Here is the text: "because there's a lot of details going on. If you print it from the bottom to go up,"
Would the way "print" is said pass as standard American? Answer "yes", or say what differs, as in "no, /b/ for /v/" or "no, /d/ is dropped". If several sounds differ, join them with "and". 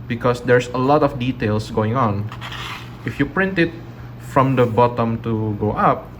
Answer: yes